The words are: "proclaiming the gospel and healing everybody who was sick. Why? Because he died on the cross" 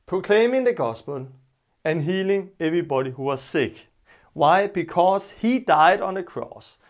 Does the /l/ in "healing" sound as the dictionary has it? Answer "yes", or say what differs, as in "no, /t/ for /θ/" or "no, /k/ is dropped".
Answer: yes